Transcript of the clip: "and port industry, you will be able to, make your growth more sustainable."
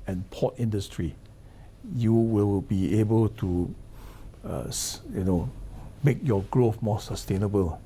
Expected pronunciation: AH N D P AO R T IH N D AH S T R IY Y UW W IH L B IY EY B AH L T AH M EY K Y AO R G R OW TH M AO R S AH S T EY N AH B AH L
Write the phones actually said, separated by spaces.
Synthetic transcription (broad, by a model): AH N P AO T IH N D AH S T R IY Y UW W IH L B IY EY B AH L T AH M EY K Y AO G R OW F M AO S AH S T EY N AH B AH L